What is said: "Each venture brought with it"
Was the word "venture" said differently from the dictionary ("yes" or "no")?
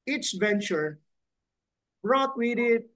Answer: no